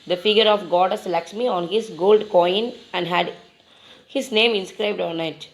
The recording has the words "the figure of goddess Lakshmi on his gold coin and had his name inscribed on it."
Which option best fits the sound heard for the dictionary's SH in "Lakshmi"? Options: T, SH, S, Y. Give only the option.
S